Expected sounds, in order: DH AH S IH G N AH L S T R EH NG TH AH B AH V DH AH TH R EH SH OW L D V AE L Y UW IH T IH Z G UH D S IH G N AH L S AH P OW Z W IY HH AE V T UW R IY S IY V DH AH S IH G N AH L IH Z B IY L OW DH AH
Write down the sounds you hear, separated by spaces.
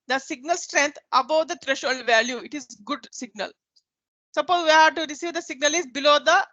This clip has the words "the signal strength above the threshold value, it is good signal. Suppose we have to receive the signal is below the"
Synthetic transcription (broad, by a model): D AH S IH G N AH L S T R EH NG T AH B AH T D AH T R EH SH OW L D V AE L Y UW IH T IH Z G UH D S IH G N AH L S AH P OW Z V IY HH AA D T UW R IY S IY V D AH S IH G N AH L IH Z B IY L OW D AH